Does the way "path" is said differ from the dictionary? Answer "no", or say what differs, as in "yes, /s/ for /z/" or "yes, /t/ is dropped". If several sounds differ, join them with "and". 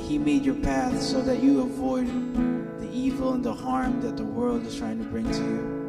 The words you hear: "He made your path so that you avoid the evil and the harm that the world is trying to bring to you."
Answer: no